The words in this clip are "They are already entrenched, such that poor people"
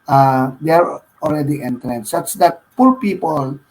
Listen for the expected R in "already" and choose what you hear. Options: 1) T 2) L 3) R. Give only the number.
2